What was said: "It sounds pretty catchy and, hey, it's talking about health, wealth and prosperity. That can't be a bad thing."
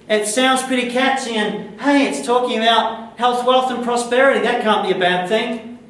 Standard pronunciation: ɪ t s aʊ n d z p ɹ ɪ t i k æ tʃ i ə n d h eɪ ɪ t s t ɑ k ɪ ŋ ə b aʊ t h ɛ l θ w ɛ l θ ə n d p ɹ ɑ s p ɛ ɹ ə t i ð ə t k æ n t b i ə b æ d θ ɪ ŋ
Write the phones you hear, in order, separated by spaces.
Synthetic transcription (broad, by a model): ɪ t s aʊ n d z p ɹ ɪ t i k æ tʃ i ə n h eɪ ɪ t s t ɑ k ɪ ŋ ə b aʊ t h ɛ l θ w ɛ l θ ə n p ɹ ɑ s p ɛ ɹ ə t i ð ə t k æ n b i ə b æ d θ ɪ ŋ